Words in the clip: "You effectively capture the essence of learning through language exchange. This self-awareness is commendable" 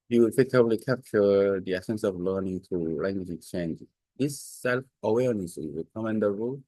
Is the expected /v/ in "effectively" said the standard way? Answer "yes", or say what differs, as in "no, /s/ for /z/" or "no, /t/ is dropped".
no, /b/ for /v/